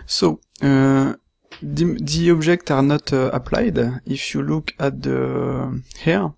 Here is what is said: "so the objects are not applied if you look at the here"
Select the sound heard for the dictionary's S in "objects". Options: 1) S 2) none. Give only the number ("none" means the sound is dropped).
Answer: 2